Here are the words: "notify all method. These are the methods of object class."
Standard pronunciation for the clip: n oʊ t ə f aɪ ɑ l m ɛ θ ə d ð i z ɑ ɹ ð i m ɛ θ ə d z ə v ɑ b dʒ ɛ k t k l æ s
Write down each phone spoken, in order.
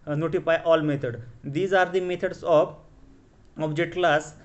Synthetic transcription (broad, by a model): n oʊ t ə f aɪ ɑ l m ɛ t ə d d i z ɑ ɹ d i m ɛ t ə d s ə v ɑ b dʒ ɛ t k l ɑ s